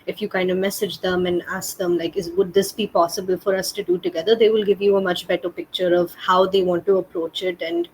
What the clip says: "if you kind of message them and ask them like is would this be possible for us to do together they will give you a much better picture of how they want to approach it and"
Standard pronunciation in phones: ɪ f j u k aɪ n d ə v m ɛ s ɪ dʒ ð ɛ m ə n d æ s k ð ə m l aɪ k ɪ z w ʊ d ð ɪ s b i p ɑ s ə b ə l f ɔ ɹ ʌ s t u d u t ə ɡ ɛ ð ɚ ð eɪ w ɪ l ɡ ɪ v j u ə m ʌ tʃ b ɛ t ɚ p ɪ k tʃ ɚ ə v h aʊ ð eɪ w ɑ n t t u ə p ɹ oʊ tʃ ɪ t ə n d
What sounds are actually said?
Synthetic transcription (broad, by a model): ɪ f j u k aɪ n d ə m ɛ s ɪ dʒ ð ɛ m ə n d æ s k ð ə m l aɪ k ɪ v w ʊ d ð ɪ s b i p ɑ s ə b ə l f ɔ ɹ ʌ s t u d u t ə ɡ ɛ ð ɚ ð eɪ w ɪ l ɡ ɪ v j u ə m ʌ tʃ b ɛ t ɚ p ɪ k tʃ ɚ ə v h aʊ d eɪ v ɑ n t t u ə p ɹ oʊ tʃ ɪ t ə n d